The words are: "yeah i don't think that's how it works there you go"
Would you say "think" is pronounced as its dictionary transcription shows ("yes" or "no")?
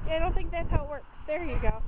yes